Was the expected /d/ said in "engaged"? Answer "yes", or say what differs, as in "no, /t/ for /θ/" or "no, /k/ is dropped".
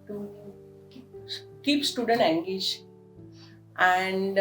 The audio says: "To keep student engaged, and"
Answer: no, /d/ is dropped